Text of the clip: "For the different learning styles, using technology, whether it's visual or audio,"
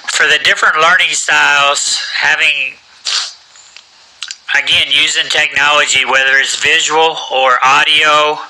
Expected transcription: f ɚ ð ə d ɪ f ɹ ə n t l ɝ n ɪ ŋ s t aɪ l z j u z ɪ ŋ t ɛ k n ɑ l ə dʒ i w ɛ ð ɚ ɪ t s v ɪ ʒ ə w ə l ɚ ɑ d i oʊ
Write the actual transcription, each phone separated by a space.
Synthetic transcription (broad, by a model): f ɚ ð ə d ɪ f ɹ ə n t l ɝ n ɪ ŋ s t aɪ l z j u z ɪ ŋ t ɛ k n ɑ l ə dʒ i w ɛ ð ɚ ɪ t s v ɪ ʒ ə w l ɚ ɑ d i oʊ